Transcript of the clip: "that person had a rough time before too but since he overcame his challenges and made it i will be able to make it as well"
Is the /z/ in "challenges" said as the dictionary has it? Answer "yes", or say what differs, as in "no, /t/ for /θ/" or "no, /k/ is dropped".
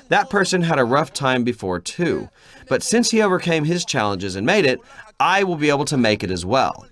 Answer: yes